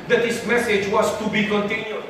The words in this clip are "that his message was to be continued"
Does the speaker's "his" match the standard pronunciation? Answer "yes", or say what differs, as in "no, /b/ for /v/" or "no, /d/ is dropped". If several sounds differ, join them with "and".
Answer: no, /s/ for /z/